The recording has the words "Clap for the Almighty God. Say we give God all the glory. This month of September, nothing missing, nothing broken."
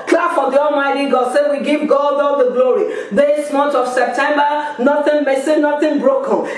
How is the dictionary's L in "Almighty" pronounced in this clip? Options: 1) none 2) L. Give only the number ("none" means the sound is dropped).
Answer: 2